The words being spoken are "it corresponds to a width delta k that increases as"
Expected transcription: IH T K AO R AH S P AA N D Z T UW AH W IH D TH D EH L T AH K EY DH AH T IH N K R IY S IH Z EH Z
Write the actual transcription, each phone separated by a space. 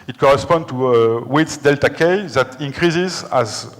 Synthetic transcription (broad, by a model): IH T K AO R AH S P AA N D T UW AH W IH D S D EH L T AH K EY DH AH T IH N K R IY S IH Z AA Z